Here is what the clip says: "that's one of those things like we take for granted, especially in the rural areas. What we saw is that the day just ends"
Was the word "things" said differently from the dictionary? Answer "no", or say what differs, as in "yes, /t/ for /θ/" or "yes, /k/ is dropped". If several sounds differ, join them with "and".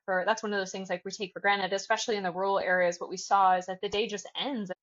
no